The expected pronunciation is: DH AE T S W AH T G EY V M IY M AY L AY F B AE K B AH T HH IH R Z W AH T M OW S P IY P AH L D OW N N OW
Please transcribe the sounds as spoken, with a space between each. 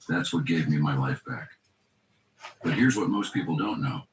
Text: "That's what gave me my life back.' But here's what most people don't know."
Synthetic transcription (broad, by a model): DH AE T S W AH T G EY V M IY M AY L AY F B AE K B AH T HH IH R Z W AH T M OW S P IY P L D OW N N OW